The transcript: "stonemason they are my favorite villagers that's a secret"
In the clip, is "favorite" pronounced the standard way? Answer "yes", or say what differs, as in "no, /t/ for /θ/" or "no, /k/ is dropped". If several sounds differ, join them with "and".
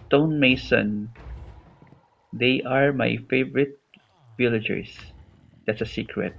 yes